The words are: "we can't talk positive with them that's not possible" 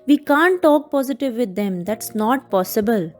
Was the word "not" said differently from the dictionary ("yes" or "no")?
no